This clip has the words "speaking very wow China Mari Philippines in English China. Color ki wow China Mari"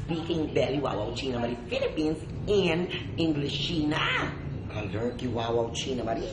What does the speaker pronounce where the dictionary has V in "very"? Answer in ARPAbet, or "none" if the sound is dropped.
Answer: B